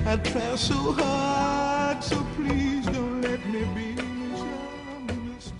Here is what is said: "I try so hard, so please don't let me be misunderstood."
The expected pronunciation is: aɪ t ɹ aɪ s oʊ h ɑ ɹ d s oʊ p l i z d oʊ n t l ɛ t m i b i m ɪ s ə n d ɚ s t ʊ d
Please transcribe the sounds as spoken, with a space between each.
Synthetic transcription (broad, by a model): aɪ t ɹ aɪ s oʊ h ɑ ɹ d s oʊ p l i z d oʊ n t l ɛ t m i b i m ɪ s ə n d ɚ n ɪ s